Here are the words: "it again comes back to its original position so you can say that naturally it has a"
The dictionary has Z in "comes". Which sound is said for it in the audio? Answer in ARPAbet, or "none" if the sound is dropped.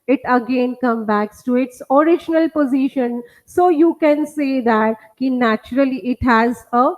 none